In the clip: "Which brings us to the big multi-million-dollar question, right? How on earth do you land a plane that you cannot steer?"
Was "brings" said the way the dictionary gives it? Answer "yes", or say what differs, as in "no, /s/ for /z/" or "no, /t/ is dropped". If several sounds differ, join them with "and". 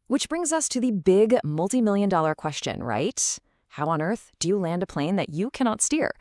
yes